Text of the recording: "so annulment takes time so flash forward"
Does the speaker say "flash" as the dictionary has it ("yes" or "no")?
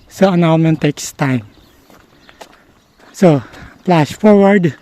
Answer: no